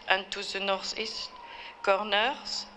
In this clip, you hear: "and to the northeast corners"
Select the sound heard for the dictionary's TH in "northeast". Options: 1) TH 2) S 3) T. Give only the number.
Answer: 2